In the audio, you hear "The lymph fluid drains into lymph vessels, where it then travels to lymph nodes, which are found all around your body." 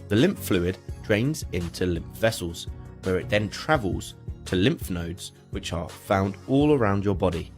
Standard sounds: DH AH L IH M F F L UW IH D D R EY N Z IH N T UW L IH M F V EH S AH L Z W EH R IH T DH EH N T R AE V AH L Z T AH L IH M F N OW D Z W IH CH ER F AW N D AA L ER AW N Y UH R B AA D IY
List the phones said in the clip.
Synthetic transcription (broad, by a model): DH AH L IH M P F L UW IH D D R EY N Z IH N T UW L IH M P V EH S AH L Z W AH R IH T DH EH N T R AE V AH L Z T AH L IH M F N OW D Z W IH CH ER F AW N D AA L ER AW N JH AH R B AA D IY